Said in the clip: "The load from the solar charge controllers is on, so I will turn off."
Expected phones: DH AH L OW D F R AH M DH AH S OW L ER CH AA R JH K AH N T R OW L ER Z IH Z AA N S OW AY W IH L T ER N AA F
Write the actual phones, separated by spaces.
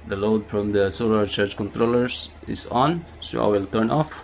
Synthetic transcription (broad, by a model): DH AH L OW D F R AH M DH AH S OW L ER CH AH R CH K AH N T R OW L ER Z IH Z AA N S OW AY W IH L T ER N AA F